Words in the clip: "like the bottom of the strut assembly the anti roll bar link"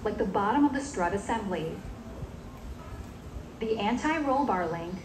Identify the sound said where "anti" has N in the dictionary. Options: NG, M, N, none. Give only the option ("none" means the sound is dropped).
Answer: N